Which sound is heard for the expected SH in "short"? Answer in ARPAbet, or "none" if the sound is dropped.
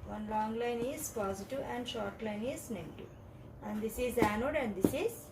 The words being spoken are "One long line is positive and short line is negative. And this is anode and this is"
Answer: SH